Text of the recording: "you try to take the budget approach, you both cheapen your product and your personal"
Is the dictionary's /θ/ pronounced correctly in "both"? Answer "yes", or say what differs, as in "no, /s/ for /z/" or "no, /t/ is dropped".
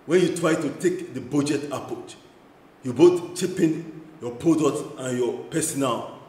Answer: no, /t/ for /θ/